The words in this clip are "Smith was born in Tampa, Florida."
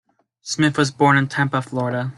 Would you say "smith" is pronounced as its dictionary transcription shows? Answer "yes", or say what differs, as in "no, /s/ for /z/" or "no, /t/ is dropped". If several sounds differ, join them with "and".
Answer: yes